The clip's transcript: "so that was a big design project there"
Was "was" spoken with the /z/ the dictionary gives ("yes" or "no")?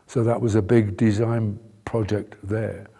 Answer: yes